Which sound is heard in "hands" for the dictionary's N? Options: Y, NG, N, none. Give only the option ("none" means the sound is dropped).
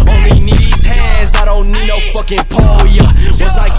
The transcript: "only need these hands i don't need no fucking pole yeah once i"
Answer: none